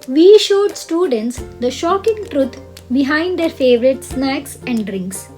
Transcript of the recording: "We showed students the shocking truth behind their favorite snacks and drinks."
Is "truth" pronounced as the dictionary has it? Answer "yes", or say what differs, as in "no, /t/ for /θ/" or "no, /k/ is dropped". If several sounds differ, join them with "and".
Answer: no, /t/ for /θ/